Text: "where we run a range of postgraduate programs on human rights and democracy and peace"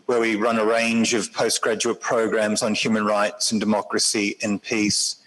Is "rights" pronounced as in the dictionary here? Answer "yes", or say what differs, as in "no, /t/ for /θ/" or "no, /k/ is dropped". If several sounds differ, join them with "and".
yes